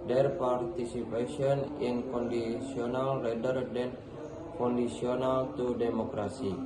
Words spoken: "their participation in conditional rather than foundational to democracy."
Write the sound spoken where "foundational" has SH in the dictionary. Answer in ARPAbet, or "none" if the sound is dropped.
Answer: S